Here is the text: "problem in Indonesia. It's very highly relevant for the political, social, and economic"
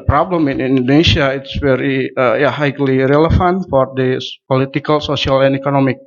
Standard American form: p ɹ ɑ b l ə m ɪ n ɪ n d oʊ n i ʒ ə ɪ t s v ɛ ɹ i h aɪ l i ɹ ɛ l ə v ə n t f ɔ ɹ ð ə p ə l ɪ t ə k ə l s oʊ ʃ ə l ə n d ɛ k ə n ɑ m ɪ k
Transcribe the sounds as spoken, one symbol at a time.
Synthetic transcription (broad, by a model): p ɹ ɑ b l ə m ɪ n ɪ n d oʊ n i s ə ɪ t s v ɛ ɹ i h aɪ l i ɹ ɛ l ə f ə n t f ɔ ɹ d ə p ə l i t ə k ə l s oʊ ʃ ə l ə n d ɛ k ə n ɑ m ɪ k